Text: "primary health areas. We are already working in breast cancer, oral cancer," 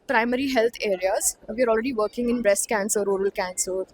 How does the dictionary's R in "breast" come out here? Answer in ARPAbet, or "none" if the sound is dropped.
R